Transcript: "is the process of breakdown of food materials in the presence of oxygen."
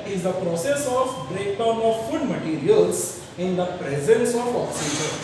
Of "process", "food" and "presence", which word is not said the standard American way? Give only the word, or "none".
none